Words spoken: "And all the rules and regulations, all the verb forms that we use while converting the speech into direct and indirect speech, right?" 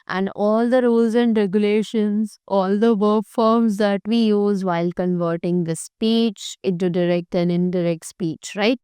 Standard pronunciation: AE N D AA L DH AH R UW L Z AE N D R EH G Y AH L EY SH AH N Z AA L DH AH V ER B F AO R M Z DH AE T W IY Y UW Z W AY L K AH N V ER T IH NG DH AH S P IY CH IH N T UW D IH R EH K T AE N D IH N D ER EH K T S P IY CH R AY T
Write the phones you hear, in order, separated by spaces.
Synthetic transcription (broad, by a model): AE N D AA L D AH R UW L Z AE N D R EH G Y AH L EY SH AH N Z AA L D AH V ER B F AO R M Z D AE T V IY Y UW Z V AY L K AH N V ER T IH NG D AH S P IY CH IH T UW D IH R EH K T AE N IH N D ER EH K T S P IY CH R AY T